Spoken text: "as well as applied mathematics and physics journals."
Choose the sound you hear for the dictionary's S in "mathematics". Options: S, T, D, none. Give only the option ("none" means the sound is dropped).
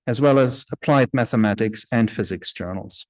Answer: S